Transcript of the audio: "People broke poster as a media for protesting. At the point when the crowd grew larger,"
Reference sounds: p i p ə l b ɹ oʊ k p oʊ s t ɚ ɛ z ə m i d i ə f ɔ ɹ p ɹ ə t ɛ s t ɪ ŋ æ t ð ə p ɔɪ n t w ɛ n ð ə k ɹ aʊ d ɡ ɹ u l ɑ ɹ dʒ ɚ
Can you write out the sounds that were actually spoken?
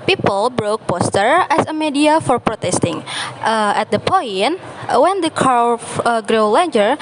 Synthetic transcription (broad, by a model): p i p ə l b ɹ oʊ k p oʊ s t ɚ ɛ s ə m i d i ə f ɔ ɹ p ɹ ə t ɛ s t ɪ ŋ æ t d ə p ɔɪ n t w ɛ n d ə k aʊ ɡ ɹ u l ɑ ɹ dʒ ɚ